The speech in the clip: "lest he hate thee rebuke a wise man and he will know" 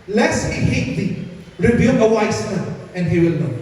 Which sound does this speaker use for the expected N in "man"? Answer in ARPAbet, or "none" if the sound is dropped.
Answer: none